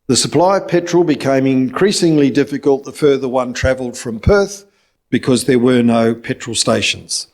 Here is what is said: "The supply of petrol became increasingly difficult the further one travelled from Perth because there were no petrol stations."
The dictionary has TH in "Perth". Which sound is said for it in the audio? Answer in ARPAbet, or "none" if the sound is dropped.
TH